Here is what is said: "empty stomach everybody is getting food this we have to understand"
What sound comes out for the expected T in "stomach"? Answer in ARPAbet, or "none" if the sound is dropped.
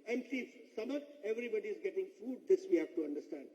S